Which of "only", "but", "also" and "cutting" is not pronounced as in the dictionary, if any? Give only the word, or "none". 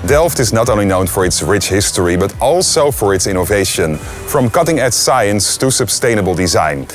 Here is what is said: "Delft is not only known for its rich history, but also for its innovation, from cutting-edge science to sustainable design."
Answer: only